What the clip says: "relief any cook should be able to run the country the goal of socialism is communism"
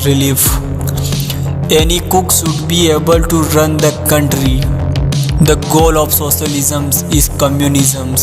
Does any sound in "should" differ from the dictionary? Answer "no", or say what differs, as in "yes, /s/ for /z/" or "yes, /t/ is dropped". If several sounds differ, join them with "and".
yes, /s/ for /ʃ/